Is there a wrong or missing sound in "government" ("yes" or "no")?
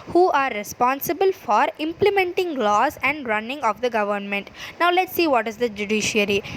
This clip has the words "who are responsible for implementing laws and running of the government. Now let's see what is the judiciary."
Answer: no